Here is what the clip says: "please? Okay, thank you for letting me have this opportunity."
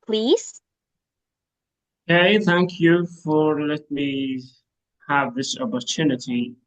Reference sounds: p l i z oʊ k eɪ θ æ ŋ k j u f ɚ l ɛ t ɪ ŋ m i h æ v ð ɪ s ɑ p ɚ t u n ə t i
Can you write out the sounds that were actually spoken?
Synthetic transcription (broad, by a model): p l i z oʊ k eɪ θ æ ŋ k j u f ɚ l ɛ t m i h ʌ v ð ɪ s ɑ p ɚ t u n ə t i